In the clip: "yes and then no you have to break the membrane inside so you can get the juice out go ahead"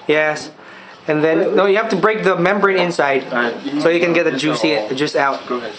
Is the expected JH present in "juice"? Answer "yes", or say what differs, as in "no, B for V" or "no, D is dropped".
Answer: yes